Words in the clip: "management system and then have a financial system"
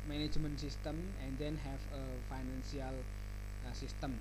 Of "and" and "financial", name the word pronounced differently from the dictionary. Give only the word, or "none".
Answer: financial